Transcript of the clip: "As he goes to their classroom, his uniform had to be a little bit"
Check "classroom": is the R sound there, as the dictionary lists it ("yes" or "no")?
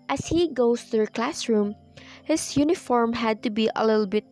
yes